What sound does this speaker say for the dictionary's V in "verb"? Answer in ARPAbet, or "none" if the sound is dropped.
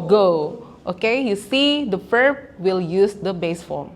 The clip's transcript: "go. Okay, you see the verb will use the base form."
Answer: F